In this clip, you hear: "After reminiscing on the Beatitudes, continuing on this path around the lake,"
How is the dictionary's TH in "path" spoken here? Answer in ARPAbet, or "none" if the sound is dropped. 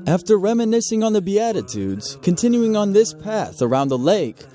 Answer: TH